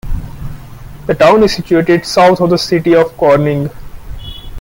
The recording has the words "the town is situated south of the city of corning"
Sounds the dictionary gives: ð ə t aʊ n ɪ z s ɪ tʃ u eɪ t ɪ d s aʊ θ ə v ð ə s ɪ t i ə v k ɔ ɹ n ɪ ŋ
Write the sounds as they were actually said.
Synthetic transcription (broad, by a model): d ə t aʊ n ɪ z s ɪ tʃ u eɪ t ɪ d s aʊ t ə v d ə s ɪ t i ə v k ɔ ɹ n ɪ ŋ